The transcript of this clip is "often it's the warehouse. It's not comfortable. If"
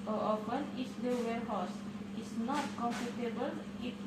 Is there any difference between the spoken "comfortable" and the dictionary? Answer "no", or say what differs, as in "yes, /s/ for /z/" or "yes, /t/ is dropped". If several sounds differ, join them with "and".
yes, /p/ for /f/